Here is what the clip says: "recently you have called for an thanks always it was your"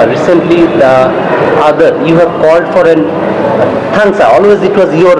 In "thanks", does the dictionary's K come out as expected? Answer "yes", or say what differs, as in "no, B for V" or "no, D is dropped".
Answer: no, K is dropped